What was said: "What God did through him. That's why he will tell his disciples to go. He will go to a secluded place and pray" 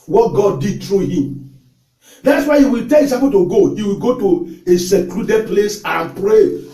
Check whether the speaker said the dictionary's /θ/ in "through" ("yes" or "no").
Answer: no